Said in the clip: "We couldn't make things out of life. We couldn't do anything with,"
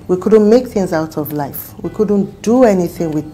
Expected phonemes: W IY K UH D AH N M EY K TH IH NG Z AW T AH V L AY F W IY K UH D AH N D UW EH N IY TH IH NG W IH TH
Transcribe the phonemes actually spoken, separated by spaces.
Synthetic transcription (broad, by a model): W IY K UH D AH N M EY K TH IH NG Z AW T AH V L AY F W IY K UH D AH N D UW EH N IY TH IH NG W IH